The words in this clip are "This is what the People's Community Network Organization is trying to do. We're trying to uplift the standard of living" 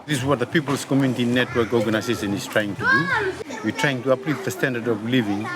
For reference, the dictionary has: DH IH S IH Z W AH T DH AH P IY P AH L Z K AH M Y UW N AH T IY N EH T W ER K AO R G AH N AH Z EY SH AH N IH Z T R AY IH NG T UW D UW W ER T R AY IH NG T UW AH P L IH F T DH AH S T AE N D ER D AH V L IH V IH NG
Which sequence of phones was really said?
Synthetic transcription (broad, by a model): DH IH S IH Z W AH T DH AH P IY P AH L S K AH M Y UW N AH T IY N EH T W ER K AO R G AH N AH S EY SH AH N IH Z T R AY IH NG T UW D UW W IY T R AY IH NG T UW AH P L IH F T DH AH S T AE N D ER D AH V L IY V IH NG